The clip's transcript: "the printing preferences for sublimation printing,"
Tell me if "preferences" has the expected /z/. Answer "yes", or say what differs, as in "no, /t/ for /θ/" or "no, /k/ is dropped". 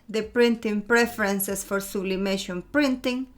no, /s/ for /z/